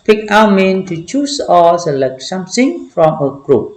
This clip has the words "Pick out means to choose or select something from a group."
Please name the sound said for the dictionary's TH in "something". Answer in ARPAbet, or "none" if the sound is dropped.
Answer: S